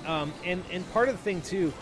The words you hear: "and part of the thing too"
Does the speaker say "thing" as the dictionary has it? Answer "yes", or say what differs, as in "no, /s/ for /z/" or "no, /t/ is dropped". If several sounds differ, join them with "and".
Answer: yes